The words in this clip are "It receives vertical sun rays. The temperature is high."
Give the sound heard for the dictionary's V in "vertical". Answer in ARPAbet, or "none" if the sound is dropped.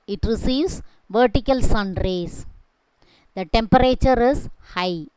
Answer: V